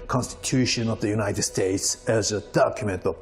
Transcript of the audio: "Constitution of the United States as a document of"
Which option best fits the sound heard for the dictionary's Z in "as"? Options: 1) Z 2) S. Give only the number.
1